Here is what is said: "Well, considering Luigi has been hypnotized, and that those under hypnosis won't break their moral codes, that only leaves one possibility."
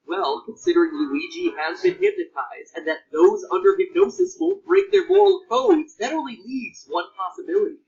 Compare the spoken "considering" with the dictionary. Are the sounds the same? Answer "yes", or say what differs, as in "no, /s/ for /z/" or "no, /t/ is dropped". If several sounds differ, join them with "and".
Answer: yes